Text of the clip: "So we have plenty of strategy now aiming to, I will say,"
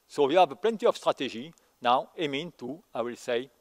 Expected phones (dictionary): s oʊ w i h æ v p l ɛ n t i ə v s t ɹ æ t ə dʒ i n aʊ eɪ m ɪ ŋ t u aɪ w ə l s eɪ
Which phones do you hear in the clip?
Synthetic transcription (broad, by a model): s oʊ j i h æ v p l ɛ n t i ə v s t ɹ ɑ t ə ʒ i n aʊ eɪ m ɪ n t u aɪ w ə l s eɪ